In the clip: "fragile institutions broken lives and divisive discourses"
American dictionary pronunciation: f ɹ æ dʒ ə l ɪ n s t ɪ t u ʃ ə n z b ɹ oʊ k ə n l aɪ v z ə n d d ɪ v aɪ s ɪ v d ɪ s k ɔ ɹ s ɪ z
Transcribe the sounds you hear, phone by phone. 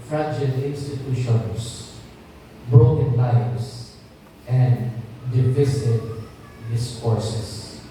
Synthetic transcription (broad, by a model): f ɹ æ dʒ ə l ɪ n s t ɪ t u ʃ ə n s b ɹ oʊ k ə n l aɪ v s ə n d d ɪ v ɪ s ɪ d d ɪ s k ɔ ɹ s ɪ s